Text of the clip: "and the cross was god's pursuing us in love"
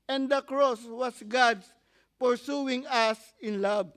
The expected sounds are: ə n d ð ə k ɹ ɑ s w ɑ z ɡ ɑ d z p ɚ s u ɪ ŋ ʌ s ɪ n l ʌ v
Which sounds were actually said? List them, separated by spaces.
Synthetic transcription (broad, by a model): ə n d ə k ɹ ɑ s w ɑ s ɡ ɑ d s p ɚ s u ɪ ŋ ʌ s ɪ n l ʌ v